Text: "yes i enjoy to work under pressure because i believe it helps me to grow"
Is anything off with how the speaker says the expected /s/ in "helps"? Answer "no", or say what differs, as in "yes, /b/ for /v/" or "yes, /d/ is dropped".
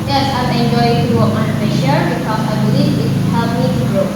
yes, /s/ is dropped